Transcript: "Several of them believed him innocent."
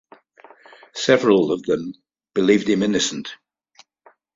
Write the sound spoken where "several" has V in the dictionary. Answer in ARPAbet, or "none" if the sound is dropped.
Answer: V